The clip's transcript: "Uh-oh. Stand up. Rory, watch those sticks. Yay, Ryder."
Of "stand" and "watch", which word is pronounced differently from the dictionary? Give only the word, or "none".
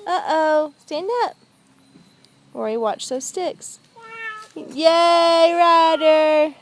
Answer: none